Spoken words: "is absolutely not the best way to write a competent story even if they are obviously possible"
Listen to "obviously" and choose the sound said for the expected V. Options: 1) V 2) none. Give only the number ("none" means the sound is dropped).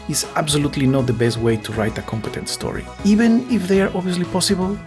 2